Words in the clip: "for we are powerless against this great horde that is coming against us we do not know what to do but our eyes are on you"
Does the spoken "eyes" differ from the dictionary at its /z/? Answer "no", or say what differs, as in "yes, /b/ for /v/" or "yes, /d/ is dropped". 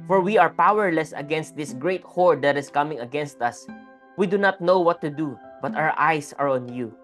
yes, /s/ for /z/